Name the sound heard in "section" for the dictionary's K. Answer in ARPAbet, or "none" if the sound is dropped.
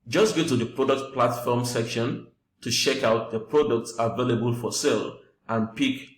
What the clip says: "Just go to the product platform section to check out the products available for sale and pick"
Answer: K